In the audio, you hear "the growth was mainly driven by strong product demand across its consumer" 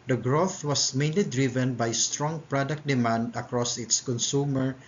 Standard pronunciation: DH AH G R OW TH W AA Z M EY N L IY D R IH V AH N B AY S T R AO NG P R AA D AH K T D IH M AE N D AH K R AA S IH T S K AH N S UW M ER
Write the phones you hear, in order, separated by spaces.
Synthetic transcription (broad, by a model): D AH G R OW TH W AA S M EY N L IY D R IH V AH N B AY S T R AO NG P R AA D AH K T D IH M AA N D AH K R AA S IH T S K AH N S UW M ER